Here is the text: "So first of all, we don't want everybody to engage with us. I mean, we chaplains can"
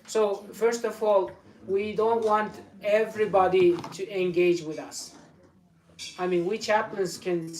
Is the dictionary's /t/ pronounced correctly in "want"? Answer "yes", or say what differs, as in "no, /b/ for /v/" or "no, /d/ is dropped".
yes